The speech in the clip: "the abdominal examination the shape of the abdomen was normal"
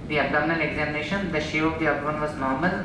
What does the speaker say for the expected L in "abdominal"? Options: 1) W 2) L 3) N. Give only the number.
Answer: 3